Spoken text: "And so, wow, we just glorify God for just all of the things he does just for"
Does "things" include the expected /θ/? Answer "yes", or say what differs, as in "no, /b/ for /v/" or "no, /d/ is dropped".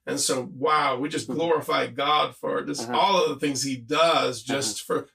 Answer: yes